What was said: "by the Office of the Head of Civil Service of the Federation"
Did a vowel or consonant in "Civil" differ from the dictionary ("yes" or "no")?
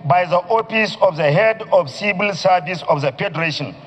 yes